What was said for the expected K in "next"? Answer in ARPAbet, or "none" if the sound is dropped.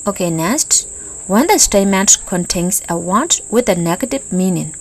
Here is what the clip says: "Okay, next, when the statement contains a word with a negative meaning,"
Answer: none